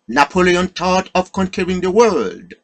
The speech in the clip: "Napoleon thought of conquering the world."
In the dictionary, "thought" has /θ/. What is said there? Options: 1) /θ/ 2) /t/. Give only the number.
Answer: 2